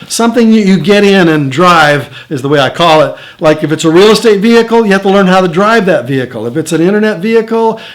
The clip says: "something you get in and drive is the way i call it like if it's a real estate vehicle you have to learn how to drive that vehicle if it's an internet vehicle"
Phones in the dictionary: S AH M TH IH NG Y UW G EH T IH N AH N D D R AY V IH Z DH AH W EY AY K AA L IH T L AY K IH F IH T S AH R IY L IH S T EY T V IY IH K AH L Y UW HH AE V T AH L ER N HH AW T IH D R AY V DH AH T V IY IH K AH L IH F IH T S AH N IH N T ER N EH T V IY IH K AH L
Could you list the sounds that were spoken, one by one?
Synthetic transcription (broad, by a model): S AH M TH IH NG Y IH G EH T IH N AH N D D R AY V IH Z DH AH W EY AY K AA L IH T L AY K IH F IH T S AH R IY L IH S T EY T V IY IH K L Y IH HH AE F T AH L ER N HH AW T IH D R AY V DH AH T V IY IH K L IH F IH T S AH N IH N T ER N EH T V IY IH K L